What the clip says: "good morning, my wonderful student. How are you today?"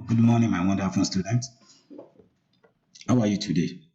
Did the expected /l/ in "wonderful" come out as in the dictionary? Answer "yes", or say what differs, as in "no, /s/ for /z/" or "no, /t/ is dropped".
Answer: no, /n/ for /l/